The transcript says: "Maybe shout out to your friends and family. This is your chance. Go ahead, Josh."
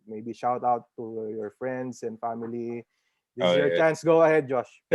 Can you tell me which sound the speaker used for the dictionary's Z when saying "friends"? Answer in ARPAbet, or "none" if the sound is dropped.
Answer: S